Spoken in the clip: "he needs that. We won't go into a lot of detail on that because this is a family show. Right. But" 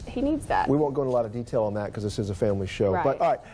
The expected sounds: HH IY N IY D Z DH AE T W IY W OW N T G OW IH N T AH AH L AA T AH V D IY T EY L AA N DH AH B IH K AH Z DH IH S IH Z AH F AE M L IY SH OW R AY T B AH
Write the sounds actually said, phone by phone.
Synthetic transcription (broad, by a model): HH IY N IY D Z DH AE T W IY W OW N G OW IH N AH AH L AA T AH V D IY T EY L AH N DH AH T K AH Z DH IH S IH Z AH F AE M L IY SH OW R AY T